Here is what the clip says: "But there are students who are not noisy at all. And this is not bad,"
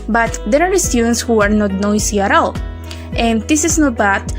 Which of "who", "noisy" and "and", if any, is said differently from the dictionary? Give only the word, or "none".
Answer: noisy